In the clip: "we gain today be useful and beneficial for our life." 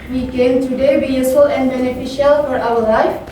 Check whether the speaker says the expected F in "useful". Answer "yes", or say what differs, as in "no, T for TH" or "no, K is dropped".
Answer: no, F is dropped